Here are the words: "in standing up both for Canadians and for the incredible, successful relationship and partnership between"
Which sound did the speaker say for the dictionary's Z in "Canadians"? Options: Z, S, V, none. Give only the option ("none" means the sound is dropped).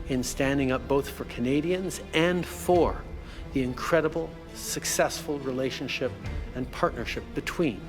Z